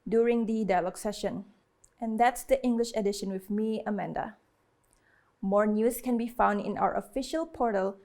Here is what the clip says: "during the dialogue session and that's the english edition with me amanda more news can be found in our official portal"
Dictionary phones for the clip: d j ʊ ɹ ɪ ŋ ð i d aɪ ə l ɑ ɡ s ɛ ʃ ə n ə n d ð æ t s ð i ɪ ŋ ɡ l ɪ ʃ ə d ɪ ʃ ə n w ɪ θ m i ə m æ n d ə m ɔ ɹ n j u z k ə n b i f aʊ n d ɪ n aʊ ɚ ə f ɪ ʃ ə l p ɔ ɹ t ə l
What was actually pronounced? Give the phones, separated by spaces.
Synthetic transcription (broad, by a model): d j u ɹ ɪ ŋ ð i d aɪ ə l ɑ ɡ s ɛ ʃ ə n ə n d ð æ t s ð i ɪ ŋ ɡ l ɪ ʃ ə d ɪ ʃ ə n w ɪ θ m i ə m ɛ n d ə m ɔ ɹ n j u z k ə n b i f aʊ n d ɪ n aʊ ɚ ə f ɪ ʃ ə l p ɔ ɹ t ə l